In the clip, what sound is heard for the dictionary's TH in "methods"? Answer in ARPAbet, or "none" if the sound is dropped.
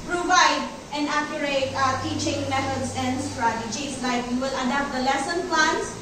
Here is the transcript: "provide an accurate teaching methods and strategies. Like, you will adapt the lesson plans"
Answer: T